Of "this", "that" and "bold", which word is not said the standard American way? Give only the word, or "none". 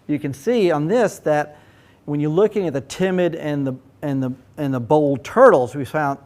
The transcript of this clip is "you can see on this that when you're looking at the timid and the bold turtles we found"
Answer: none